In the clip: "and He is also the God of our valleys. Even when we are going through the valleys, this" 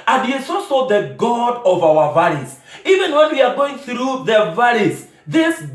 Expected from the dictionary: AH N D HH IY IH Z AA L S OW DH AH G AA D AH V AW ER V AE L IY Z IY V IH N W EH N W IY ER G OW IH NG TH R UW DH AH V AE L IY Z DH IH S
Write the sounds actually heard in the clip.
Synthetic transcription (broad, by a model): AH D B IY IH S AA S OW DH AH G AA D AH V AW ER V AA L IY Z IY V IH N W EH N W IY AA G OW IH NG TH R UW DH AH V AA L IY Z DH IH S